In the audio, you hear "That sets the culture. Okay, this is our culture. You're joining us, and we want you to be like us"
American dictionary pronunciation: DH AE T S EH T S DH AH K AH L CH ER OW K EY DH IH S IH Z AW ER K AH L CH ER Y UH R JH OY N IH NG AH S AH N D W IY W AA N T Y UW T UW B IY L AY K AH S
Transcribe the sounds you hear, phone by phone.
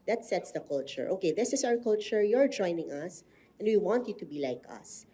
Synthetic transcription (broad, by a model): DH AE T S EH T S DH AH K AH L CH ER OW K EY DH IH S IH S AW ER K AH L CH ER Y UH R JH OY N IH NG AH S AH N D W IY W AA N T Y UW T UW B IY L AY K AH S